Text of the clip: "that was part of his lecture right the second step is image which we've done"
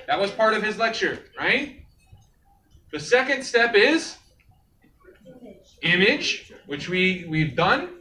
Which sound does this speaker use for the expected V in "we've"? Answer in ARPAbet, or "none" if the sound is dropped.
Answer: V